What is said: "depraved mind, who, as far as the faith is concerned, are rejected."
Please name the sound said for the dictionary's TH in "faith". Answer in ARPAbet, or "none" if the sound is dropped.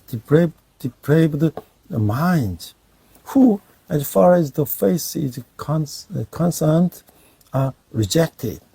S